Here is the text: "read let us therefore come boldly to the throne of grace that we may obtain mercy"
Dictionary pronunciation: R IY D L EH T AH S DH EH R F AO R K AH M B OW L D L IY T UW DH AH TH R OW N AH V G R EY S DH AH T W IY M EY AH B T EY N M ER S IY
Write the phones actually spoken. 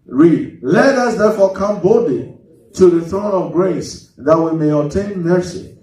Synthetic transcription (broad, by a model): R IY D L EH T AH S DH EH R F AO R K AH M B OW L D L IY T UW DH AH TH R OW N AH V G R EY S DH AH T W IY M EY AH T EY N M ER S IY